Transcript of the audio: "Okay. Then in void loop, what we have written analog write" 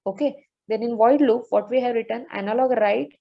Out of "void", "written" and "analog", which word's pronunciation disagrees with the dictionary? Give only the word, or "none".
none